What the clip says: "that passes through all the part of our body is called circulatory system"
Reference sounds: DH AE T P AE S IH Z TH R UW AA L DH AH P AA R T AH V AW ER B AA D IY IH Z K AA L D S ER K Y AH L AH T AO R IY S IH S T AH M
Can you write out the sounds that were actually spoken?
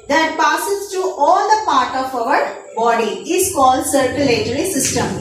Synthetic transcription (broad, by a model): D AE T P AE S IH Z T R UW AA L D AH P AA R T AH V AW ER B AA D IY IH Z K AA L D S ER K Y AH L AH T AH R IY S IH S T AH M